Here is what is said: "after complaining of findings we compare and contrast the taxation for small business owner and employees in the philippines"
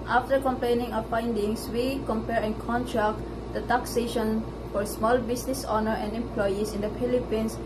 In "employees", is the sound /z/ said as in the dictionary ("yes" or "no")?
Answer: no